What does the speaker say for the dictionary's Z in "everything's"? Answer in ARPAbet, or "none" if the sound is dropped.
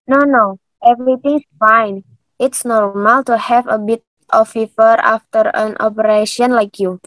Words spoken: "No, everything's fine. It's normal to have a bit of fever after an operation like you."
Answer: S